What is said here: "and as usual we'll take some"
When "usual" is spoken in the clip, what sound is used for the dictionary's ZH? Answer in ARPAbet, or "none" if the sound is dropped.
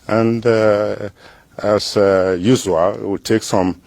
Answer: Z